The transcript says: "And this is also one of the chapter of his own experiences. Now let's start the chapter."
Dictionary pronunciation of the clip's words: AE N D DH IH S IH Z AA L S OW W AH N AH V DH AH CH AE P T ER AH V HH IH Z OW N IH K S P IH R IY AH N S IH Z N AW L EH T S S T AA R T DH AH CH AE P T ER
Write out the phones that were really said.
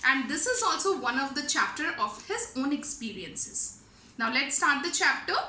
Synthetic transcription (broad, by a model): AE N D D IH S IH Z AA L S OW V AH N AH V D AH CH AE P T ER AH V HH IH Z OW N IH K S P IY R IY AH N S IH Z N AW L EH T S S T AA R T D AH CH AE P T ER